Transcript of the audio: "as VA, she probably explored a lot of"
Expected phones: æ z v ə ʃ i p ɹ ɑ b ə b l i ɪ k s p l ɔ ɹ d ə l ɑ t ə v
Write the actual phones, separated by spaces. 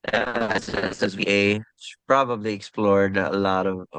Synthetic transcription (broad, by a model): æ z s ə s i p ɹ ɑ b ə b l i ɪ k s p l ɔ ɹ d ə l ɑ t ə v